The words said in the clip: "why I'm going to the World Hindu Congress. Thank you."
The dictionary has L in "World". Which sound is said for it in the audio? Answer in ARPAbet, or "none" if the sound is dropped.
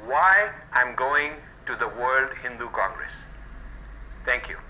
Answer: L